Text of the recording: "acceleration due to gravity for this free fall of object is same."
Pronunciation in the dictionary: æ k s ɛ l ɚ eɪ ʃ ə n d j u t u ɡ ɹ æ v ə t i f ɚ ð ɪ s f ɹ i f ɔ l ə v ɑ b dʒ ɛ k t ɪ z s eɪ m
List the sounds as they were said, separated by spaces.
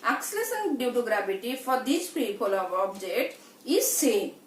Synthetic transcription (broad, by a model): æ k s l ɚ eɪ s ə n d j u t u ɡ ɹ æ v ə t i f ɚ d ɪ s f ɹ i p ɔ l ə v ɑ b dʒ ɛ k t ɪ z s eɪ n